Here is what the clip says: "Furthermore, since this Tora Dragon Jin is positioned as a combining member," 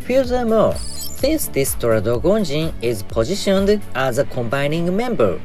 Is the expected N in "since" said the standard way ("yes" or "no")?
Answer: no